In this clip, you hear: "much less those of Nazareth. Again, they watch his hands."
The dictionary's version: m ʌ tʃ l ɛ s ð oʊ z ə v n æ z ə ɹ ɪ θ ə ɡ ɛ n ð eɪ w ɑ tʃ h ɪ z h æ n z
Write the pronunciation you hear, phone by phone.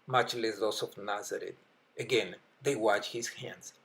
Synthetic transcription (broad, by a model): m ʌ tʃ l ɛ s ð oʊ s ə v n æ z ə ɹ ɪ t ə ɡ ɛ n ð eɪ w ɑ tʃ h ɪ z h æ n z